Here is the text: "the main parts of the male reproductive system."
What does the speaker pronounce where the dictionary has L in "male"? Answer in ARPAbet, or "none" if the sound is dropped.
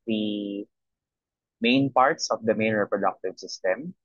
N